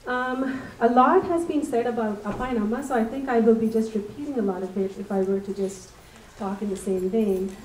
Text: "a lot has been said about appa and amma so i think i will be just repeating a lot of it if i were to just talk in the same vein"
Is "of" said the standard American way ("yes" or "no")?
no